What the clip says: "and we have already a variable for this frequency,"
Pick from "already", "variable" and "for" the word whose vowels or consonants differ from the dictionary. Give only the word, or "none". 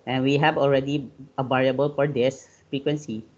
variable